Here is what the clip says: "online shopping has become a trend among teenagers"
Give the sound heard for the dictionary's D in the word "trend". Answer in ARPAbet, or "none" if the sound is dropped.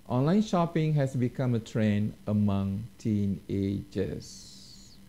none